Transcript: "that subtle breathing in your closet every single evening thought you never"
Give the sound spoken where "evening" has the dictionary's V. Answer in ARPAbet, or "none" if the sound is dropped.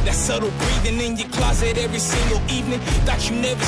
V